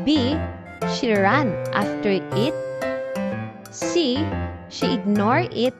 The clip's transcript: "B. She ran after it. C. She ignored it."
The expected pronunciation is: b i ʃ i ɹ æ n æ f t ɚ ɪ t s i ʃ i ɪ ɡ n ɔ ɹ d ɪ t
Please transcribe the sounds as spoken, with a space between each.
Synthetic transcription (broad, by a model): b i ʃ i ɹ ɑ n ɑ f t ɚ ɪ t s i ʃ i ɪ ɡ n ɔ ɹ ɪ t